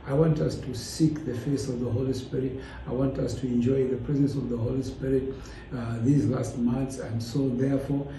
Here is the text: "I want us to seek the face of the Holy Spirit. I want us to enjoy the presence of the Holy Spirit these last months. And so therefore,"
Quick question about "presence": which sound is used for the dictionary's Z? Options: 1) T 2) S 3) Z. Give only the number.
3